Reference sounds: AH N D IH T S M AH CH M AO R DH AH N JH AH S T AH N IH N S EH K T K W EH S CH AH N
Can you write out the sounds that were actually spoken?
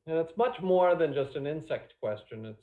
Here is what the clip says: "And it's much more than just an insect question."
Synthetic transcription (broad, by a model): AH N IH T S M AH CH M AO R DH AH N JH AH S T AH N IH N S EH K T K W EH S CH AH N